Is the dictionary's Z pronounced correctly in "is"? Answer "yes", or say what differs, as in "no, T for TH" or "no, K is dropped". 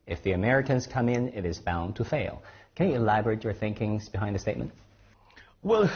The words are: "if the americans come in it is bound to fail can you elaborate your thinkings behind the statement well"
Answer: yes